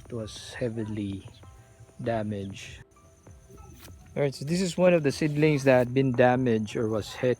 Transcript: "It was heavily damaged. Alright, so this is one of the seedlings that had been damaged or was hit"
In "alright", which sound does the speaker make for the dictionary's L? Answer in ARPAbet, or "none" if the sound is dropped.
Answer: none